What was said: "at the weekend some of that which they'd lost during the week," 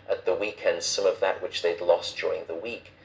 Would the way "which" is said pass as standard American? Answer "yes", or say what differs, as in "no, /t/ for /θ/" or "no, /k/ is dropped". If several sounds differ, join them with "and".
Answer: yes